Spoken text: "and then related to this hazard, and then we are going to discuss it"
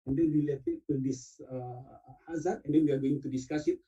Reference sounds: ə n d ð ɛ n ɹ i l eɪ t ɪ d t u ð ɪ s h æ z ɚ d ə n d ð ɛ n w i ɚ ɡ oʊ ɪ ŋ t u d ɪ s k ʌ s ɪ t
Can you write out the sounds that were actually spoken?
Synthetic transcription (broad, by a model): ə n d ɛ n w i l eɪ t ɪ t u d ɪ s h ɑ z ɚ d ə n d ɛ n w i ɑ ɡ oʊ ɪ ŋ t u d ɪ s k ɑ s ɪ t